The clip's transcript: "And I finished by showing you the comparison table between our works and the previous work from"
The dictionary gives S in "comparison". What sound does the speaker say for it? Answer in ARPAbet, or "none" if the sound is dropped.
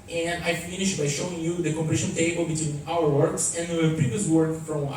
SH